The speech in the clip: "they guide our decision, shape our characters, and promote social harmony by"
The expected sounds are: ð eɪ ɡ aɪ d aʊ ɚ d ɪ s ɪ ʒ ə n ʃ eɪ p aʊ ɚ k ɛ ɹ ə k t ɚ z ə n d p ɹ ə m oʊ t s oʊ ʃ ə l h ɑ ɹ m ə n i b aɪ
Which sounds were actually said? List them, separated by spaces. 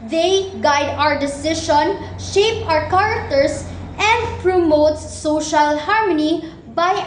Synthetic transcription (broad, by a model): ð eɪ ɡ aɪ d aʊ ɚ d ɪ s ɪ ʃ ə n ʃ eɪ p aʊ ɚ k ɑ ɹ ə k t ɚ s ə n d p ɹ ə m oʊ t s oʊ ʃ ə l h ɑ ɹ m ə n i b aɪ